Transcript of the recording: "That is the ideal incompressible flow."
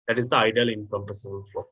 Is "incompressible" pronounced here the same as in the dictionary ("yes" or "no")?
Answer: no